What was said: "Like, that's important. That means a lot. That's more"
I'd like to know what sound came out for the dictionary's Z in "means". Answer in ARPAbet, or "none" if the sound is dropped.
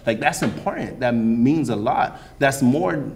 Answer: Z